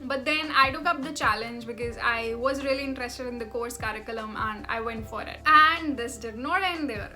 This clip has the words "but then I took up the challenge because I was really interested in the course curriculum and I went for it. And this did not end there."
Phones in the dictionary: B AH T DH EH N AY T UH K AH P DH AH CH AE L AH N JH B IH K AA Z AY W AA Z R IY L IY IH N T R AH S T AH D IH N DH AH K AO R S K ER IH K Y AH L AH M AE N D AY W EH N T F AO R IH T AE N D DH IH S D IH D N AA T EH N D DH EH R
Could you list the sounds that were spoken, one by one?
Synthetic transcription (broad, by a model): B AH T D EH N AY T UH K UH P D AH CH AE L AH N JH B IH K AA Z AY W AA Z R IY L IY IH N T R AH S T AH D IH N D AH K AO R S K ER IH K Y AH L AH M AE N D AY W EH N T F AO R IH T AE N D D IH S D IH D N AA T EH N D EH R